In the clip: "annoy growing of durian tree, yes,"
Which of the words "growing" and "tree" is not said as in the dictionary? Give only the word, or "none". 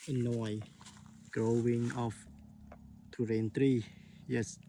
none